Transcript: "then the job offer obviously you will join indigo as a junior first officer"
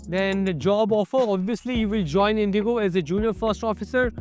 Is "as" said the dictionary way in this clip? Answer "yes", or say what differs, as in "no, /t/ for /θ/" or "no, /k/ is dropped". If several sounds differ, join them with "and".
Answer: yes